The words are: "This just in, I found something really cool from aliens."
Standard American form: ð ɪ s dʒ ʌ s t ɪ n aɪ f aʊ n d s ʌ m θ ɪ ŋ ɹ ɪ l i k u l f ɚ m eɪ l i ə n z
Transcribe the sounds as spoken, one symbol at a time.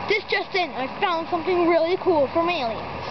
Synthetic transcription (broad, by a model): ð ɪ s dʒ ʌ s t ɪ n aɪ f aʊ n d s ʌ m θ ɪ ŋ ɹ ɪ l i k u l f ɚ m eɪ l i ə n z